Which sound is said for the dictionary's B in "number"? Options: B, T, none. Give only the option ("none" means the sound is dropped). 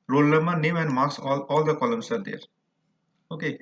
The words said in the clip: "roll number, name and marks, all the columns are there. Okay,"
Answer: none